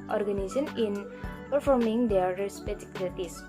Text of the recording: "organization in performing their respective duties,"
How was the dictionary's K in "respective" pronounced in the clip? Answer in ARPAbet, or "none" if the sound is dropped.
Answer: none